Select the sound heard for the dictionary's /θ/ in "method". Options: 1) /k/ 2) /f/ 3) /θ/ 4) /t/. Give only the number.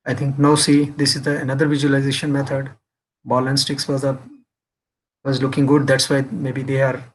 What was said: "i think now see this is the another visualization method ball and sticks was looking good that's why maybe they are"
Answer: 4